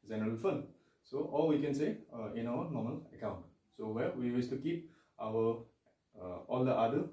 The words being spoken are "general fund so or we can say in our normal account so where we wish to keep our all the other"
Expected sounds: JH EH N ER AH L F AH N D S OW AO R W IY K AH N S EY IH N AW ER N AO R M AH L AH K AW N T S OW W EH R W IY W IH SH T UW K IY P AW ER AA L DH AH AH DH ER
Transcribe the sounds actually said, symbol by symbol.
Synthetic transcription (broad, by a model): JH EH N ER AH L F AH N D S OW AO L W IY K AH N S EY IH N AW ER N AO M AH L AH K AW N T S OW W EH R W IY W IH S T UW K IY P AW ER AA L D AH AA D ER